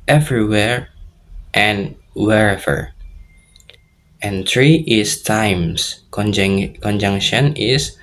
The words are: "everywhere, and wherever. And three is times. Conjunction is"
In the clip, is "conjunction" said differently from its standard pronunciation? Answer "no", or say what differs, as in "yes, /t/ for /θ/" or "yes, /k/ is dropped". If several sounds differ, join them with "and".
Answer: no